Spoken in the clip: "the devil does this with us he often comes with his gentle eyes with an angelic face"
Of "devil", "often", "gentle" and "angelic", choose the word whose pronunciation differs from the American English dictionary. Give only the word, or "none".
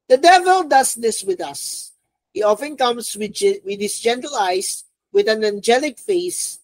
none